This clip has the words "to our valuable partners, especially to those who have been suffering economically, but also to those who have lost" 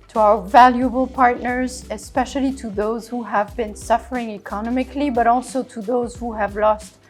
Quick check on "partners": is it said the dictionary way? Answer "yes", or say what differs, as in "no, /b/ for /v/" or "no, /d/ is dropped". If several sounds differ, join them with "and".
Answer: yes